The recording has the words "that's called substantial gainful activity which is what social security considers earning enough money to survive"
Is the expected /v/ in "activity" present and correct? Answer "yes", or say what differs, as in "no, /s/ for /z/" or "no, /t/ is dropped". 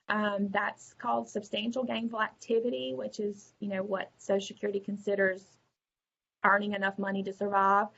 yes